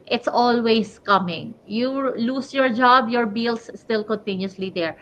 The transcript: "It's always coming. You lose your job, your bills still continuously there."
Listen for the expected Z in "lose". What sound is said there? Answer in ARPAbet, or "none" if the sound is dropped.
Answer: S